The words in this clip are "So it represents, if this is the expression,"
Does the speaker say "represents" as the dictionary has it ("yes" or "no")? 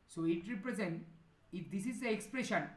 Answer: no